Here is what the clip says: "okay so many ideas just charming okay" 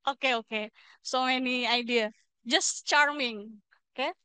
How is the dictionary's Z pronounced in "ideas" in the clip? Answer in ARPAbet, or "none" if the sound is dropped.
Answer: none